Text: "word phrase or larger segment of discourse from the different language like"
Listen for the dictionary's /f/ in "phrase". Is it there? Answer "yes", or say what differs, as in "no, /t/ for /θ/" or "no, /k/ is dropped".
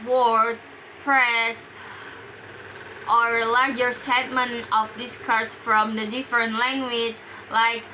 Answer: no, /p/ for /f/